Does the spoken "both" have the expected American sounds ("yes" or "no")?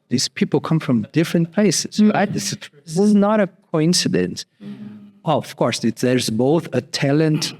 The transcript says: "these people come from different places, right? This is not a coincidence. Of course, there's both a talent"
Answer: yes